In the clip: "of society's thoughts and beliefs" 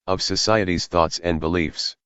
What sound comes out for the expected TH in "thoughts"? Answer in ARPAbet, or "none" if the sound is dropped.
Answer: TH